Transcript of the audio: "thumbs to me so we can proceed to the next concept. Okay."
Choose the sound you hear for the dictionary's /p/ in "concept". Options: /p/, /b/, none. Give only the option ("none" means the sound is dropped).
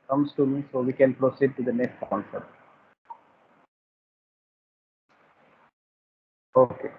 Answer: none